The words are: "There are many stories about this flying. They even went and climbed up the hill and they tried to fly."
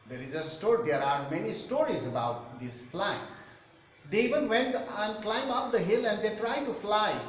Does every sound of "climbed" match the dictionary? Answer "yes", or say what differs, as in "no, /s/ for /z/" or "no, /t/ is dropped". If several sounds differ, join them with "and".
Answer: no, /d/ is dropped